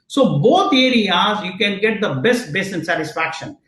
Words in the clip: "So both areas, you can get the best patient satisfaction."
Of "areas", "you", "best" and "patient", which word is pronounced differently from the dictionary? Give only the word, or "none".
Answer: patient